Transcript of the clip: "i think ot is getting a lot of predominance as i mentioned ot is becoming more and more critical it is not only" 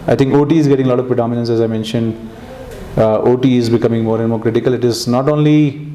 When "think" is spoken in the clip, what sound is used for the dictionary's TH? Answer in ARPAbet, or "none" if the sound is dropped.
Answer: T